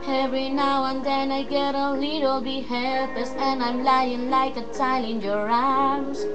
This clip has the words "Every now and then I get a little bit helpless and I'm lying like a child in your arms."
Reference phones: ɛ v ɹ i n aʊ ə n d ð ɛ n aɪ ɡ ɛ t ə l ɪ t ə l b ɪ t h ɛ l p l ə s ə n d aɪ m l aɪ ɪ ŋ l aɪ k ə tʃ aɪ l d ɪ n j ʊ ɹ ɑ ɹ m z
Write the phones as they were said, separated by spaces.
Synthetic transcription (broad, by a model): ɛ v ɹ i n aʊ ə n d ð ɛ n aɪ ɡ ɛ t ə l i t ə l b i h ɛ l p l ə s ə n aɪ m l aɪ ɪ ŋ l aɪ k ə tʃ aɪ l ɪ n j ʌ ɹ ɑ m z